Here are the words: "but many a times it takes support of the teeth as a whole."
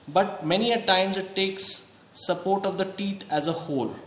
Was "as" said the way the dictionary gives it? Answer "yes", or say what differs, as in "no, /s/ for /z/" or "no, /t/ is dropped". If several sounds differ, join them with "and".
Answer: yes